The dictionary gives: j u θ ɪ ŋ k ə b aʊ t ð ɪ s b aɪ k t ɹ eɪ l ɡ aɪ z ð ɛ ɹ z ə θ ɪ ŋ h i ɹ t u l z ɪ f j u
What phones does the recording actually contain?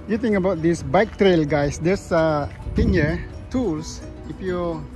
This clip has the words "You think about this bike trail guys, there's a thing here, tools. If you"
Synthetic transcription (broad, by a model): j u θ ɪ ŋ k ə b aʊ t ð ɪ s b aɪ k t ɹ eɪ l ɡ aɪ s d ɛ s ə t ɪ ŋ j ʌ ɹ t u l s ɪ f j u